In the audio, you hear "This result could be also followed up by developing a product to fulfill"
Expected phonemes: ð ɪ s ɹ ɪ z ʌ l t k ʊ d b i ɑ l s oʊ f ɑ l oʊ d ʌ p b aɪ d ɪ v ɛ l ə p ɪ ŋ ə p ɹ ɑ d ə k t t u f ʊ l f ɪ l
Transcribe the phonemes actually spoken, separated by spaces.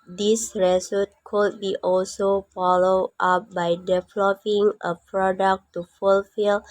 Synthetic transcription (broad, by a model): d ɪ s ɹ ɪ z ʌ t k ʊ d b i ɑ l s oʊ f ɑ l oʊ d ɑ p b aɪ d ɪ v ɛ l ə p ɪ ŋ ə p ɹ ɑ d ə k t t u f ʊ l f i l